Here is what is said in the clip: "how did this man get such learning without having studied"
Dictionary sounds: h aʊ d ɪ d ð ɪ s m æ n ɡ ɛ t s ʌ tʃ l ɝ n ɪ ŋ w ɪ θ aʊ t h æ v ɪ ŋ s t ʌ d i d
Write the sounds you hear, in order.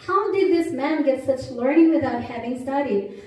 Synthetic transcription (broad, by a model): h aʊ d ɪ d ð ɪ s m æ n ɡ ɛ t s ʌ tʃ l ɝ n ɪ ŋ w ɪ θ aʊ t h æ v ɪ ŋ s t ʌ d i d